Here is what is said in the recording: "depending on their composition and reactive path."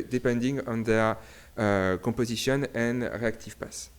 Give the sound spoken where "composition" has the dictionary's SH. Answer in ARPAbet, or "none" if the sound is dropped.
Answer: S